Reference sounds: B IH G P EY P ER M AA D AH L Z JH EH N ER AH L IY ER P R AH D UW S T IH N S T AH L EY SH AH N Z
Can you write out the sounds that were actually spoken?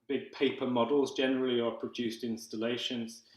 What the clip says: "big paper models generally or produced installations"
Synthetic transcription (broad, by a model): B IH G P EY P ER M AA D AH L Z JH EH N ER AH L IY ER P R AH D UW S T IH N S T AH L EY SH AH N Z